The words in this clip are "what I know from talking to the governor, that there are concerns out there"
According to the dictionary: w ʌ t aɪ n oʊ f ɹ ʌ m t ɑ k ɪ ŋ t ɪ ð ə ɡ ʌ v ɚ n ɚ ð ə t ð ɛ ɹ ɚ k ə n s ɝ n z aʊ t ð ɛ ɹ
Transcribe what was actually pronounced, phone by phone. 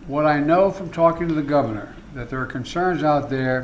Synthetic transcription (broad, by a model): w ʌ t aɪ n oʊ f ɹ ʌ m t ɑ k ɪ ŋ t ɪ ð ə ɡ ʌ v ɚ n ɚ ð ə t ð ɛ ɹ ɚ k ə n s ɝ n z aʊ t ð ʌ ɹ